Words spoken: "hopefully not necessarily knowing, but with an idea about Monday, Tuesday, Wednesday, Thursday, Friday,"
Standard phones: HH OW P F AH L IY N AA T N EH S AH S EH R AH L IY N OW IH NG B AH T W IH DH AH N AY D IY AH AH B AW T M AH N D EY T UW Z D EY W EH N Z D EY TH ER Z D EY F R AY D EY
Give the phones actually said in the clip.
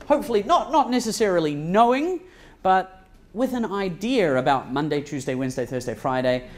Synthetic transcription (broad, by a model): HH OW P F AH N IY N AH T N EH S AH S EH R AH L IY N OW IH NG B AH T W IH DH AH N AY D IY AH AH B AW T M AH N D EY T UW Z D EY W EH N Z D EY TH ER Z D EY F R AY D EY